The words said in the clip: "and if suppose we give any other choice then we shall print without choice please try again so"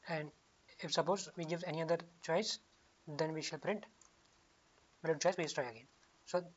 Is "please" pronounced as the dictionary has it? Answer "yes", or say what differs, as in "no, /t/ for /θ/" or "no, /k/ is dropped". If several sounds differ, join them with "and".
no, /s/ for /z/